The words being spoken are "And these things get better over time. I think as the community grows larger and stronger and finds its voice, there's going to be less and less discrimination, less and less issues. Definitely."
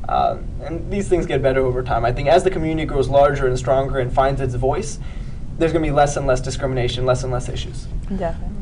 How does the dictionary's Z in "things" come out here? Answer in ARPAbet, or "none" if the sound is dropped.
Z